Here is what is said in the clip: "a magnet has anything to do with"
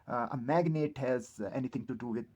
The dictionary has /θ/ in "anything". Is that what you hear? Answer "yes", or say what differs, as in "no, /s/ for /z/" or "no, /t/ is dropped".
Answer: no, /t/ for /θ/